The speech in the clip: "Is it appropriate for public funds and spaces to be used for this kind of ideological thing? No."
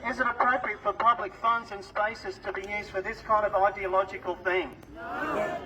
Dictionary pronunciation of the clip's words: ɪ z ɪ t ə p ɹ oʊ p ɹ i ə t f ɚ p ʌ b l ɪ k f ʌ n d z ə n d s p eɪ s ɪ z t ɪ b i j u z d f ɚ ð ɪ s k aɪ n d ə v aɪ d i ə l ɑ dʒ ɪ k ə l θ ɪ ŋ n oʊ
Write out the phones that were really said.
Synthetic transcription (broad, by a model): ɪ z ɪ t ə p ɹ oʊ p ɹ i ə t f ɚ p ʌ b l ɪ k f ʌ n d z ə n s p eɪ s ɪ z t ɪ b i j u z d f ɚ ð ɪ s k aɪ n d ə v aɪ d i ə l ɑ dʒ ɪ k ə l θ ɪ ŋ